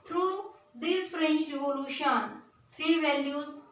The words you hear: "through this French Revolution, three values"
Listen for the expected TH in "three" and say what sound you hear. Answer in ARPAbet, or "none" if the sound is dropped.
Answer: F